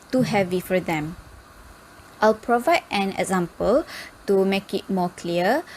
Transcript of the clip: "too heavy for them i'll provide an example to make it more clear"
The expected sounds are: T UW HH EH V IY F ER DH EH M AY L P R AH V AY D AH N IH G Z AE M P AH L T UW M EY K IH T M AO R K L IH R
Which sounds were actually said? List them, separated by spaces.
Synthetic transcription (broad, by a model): T UW HH EH V IY F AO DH EH M AY L P R AH V AY D AH N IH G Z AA M P AH L T UW M EY K IH T M AO K L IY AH